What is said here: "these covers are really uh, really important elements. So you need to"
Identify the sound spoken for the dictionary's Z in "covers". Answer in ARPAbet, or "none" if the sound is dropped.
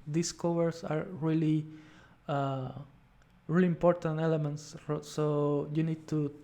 S